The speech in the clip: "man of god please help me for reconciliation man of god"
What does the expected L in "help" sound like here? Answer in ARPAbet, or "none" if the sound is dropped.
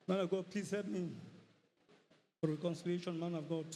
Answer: none